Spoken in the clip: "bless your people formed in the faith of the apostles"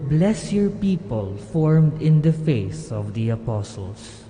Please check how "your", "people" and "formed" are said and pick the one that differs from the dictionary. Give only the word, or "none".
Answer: none